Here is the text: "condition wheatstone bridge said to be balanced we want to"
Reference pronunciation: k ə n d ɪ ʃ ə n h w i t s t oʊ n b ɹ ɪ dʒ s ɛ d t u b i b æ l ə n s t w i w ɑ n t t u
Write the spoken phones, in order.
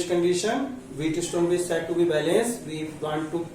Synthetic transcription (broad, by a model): k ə n d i ʃ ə n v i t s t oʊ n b i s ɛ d t u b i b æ l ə n s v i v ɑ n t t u